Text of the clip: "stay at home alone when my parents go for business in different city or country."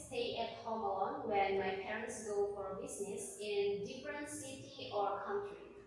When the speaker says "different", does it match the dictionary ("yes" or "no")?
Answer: yes